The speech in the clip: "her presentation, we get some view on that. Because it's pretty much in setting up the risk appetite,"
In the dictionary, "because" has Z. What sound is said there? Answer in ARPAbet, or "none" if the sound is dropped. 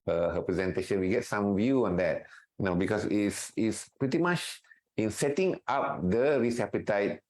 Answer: S